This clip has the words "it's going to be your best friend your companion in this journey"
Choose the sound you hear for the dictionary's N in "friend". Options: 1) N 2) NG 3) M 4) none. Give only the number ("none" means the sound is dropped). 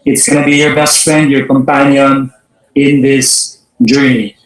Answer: 1